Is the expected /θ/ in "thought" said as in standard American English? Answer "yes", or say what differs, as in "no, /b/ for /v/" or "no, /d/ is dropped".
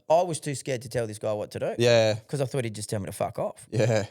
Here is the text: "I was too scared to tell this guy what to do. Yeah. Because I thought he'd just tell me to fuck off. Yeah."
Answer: yes